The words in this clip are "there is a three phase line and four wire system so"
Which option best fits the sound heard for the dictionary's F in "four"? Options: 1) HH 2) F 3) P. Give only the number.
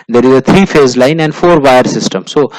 2